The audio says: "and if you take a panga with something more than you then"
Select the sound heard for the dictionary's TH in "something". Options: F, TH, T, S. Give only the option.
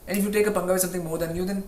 T